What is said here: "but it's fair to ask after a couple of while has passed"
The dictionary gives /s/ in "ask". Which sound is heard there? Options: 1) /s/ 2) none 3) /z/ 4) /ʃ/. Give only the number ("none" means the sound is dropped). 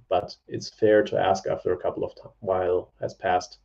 1